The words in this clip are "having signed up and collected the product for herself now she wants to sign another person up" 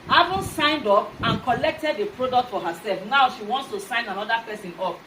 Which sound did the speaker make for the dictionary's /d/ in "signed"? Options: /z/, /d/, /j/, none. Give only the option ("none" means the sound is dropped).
/d/